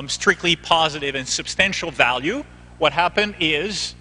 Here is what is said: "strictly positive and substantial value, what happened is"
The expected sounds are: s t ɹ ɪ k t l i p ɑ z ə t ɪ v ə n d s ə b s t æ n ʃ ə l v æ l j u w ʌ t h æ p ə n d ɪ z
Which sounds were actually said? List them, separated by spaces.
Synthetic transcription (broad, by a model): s t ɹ ɪ k t l i p ɑ z ə t ɪ v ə n s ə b s t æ n ʃ l v æ l j u w ʌ t h æ p ə n d ɪ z